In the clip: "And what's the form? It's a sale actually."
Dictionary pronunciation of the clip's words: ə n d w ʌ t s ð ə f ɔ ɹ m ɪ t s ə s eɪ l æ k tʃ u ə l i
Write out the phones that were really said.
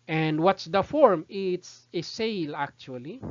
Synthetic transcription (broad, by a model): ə n d w ʌ t s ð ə f ɔ ɹ m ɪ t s ə s eɪ l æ k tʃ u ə l i